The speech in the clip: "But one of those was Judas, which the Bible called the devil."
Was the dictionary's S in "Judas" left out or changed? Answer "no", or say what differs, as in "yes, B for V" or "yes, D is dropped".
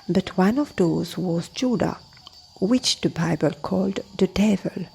yes, S is dropped